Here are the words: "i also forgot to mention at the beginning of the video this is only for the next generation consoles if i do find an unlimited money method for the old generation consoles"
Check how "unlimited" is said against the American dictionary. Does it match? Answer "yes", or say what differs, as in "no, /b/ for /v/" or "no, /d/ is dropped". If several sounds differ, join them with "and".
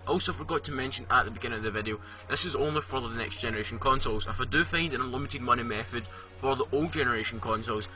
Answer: no, /n/ is dropped